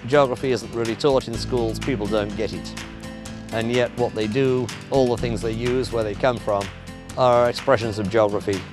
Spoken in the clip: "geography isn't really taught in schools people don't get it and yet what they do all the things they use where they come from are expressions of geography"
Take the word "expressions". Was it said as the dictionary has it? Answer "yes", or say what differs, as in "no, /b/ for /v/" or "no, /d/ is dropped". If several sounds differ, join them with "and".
yes